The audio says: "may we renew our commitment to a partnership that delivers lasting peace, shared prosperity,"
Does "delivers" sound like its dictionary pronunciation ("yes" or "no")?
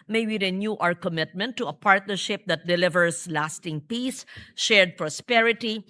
no